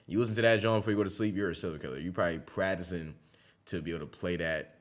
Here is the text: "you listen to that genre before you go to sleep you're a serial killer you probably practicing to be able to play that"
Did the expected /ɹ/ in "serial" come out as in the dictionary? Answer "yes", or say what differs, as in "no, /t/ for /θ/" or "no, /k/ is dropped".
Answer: no, /l/ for /ɹ/